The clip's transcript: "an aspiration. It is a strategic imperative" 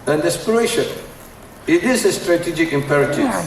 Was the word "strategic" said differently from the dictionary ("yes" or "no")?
no